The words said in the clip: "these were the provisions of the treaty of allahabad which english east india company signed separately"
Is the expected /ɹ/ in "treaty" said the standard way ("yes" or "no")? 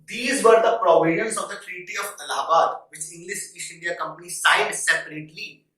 yes